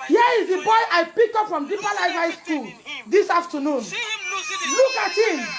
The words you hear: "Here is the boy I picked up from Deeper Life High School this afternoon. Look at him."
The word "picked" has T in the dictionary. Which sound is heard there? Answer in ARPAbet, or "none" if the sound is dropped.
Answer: none